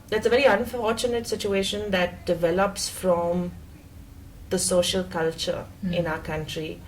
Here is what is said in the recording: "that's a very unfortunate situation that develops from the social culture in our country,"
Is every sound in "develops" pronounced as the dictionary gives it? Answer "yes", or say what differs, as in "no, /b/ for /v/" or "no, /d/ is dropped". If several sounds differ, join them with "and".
yes